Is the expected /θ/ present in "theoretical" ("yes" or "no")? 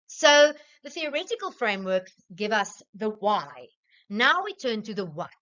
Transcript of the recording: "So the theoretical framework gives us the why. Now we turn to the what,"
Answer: yes